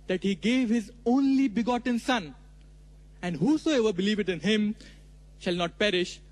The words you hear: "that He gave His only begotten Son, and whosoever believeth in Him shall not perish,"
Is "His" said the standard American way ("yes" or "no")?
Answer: yes